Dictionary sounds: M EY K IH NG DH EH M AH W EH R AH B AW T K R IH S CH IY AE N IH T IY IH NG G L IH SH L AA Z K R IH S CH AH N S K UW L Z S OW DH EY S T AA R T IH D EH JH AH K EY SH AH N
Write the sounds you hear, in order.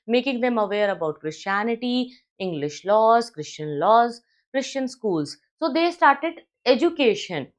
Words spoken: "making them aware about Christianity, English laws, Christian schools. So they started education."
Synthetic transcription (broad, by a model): M EY K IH NG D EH M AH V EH R AH B AW T K R IH S CH IY AE N IH T IY IH NG G L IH SH L AA Z K R IH S CH AH N S K UW L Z S OW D EY S T AA R T IH D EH JH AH K EY SH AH N